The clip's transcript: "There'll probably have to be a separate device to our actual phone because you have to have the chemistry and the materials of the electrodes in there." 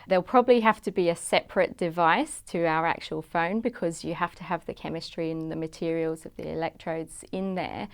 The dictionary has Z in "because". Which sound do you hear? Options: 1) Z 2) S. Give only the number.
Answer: 1